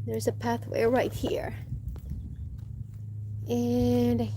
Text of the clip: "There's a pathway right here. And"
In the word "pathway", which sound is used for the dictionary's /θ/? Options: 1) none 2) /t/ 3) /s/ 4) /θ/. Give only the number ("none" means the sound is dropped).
4